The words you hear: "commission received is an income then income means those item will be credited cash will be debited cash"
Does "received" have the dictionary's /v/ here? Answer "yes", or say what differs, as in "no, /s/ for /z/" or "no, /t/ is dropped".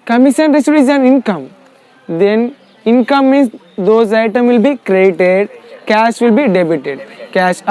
no, /v/ is dropped